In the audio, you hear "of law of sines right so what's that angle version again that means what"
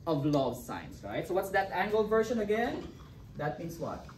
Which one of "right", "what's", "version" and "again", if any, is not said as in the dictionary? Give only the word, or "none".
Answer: version